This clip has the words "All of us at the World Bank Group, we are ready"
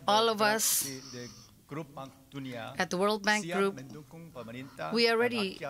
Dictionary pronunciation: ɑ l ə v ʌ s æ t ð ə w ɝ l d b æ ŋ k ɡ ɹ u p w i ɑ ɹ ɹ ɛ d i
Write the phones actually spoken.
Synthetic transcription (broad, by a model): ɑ l ə v ʌ s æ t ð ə w ɝ l d b æ ŋ k ɡ ɹ u p w i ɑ l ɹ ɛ d i